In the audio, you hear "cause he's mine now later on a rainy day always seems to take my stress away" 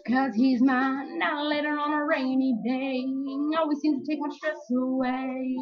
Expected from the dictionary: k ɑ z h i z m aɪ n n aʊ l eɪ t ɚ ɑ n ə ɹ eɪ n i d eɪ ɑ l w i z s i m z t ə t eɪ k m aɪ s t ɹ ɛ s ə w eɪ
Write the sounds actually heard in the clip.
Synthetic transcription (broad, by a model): k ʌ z h i z m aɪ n n aʊ l eɪ t ɚ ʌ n ə ɹ eɪ n i d eɪ ɑ l w i z s i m t ə t eɪ k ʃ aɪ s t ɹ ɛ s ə w eɪ